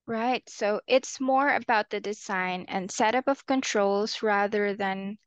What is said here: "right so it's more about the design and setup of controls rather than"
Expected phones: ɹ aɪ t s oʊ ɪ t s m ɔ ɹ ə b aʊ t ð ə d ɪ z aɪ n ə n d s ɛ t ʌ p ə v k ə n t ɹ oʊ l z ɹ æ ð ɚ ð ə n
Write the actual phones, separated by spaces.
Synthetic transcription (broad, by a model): ɹ aɪ t s oʊ ɪ t s m ɔ ɹ ə b aʊ t ð ə d ɪ z aɪ n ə n s ɛ t ʌ p ə v k ə n t ɹ oʊ l z ɹ æ ð ɚ ð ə n